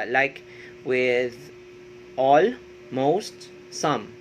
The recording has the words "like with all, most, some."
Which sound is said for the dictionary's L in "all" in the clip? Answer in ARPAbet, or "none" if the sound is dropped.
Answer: L